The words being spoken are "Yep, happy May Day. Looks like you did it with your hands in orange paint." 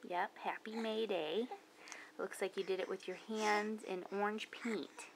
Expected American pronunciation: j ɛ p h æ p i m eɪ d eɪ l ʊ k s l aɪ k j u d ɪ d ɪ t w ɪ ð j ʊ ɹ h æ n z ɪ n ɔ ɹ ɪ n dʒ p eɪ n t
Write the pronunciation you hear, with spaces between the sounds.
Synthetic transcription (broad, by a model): j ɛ p h æ p i m eɪ d eɪ l ʊ k s l aɪ k j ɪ d ɪ d ɪ t w ɪ ð j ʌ ɹ h æ n z ɪ n ɔ ɹ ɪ n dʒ p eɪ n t